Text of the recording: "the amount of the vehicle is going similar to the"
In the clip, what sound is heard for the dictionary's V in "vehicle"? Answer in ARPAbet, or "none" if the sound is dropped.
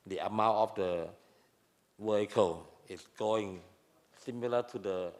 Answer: W